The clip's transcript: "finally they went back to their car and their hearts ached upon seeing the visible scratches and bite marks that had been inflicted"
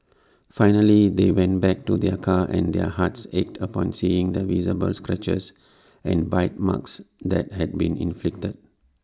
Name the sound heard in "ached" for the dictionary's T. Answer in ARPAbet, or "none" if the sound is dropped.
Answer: T